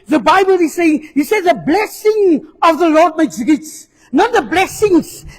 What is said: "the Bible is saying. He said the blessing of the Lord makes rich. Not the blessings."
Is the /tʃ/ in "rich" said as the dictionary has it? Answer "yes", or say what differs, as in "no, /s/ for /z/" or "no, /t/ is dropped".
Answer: no, /s/ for /tʃ/